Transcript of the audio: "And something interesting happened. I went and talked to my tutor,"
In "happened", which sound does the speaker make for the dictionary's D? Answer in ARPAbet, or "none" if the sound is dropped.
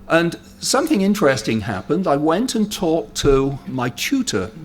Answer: D